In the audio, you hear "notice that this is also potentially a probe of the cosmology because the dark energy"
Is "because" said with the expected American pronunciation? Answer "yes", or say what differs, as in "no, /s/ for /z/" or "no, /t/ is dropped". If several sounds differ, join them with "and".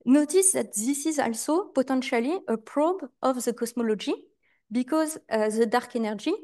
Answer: yes